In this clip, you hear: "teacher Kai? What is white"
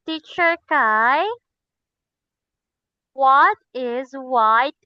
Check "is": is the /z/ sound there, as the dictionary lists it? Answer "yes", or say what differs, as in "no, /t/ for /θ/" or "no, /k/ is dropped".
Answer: yes